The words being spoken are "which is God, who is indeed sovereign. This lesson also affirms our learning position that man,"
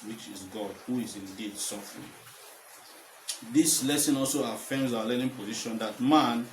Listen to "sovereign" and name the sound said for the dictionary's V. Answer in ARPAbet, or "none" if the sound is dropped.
F